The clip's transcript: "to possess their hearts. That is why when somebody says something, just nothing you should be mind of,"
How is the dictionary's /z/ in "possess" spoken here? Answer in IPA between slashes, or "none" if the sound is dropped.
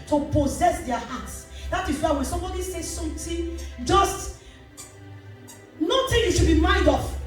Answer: /z/